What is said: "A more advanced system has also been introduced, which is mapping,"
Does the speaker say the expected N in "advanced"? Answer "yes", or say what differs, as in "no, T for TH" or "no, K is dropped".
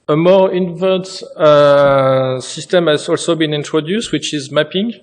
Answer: no, N is dropped